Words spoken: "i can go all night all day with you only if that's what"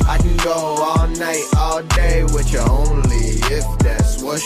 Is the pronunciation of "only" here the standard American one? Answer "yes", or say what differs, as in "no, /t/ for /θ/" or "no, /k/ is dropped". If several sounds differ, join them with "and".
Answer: yes